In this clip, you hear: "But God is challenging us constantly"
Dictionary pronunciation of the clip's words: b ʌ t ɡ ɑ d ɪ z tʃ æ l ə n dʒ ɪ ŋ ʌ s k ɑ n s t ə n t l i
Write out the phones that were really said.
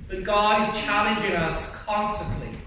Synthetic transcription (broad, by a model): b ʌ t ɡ ɑ ɪ z tʃ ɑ l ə n dʒ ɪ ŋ ʌ s k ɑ n s t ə n t l i